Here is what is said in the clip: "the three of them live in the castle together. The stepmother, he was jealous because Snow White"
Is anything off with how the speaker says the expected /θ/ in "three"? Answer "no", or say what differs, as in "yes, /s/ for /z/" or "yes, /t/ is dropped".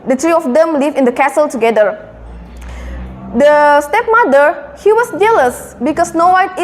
yes, /t/ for /θ/